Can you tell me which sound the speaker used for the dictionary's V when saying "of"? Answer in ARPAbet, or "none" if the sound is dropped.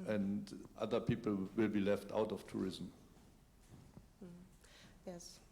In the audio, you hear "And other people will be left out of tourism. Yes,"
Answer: F